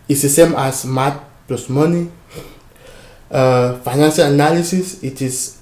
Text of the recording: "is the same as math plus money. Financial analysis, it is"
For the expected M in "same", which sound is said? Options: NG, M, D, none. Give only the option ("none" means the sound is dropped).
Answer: M